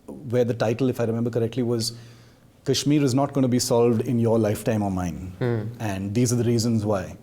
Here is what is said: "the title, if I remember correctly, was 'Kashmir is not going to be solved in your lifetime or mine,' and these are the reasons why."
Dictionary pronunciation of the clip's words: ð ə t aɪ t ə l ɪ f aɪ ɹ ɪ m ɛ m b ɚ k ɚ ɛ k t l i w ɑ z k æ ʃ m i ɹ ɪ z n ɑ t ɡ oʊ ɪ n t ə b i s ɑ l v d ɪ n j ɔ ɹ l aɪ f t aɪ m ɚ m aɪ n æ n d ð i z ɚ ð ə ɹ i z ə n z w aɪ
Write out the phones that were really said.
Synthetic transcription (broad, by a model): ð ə t aɪ t ə l ɪ f aɪ ɹ ɪ m ɛ m b ɚ k ɚ ɛ k t l i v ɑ z k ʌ ʃ m i ɹ ɪ z n ɑ t ɡ oʊ ɪ n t b i s ɑ l v d ɪ n j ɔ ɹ l aɪ f t aɪ m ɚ m aɪ n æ n d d i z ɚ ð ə ɹ i z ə n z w aɪ